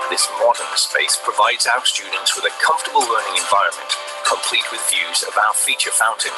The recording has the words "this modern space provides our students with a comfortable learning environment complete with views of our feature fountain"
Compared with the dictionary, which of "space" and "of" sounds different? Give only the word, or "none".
none